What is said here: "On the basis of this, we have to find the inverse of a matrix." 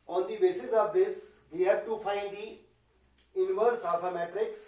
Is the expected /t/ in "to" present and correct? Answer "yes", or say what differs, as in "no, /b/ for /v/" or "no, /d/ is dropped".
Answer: yes